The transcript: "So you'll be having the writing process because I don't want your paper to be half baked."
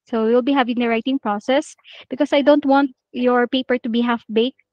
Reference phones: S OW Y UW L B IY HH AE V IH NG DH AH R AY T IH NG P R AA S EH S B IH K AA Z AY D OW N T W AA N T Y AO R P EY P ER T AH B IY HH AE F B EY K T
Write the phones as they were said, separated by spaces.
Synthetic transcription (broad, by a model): S OW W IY L B IY HH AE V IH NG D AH R AY T IH NG P R AA S EH S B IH K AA S AY D OW N T W AA N T Y AO R P EY P ER T AH B IY HH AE F B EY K